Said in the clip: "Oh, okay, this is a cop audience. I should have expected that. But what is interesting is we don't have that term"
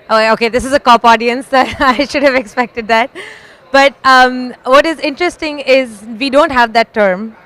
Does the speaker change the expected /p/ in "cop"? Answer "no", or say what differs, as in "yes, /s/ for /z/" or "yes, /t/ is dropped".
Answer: no